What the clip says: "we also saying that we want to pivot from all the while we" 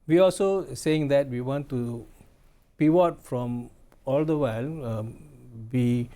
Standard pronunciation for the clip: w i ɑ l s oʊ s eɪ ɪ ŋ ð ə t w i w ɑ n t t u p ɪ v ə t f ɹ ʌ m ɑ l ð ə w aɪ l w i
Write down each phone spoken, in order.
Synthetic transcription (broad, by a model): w i ɑ l s oʊ s eɪ ɪ ŋ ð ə t w i w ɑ n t t u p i w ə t f ɹ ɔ m ɑ l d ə w aɪ l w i